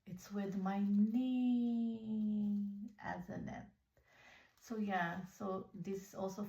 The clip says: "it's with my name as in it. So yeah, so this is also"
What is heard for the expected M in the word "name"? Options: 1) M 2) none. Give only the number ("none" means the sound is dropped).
2